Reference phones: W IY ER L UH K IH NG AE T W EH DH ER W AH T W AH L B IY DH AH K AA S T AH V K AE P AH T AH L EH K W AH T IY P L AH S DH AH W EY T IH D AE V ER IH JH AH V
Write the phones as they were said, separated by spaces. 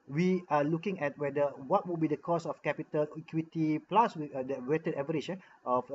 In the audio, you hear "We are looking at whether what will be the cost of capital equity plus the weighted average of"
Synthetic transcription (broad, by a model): W IY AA L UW K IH NG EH T W EH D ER W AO T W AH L B IY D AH K AA S AH F K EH P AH T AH L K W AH T IY P L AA S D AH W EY T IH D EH V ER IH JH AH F